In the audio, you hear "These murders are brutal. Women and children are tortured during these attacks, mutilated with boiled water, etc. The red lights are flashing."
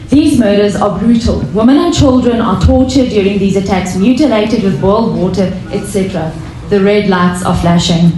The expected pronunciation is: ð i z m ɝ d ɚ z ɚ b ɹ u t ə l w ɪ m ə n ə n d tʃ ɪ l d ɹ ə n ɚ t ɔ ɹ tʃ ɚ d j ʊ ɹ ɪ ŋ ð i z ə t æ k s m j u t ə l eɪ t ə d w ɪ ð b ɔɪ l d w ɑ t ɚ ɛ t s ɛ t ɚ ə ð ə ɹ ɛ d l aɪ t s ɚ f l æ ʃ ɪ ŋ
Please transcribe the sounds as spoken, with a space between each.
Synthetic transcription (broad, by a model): ð i z m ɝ d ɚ z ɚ b ɹ u t ə l w ɪ m ə n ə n tʃ ɪ l d ɹ ə n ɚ t ɔ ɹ tʃ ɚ d j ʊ ɹ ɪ ŋ ð i z ə t æ k s m j u t ə l eɪ t ə d w ɪ ð b ɔɪ l d w ɑ t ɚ ɛ t s ɛ t ɚ ə ð ə ɹ ɛ d l aɪ t s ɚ f l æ ʃ ɪ ŋ